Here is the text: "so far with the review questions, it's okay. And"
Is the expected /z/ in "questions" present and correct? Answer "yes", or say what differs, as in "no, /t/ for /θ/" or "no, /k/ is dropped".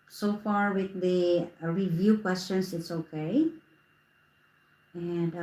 no, /s/ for /z/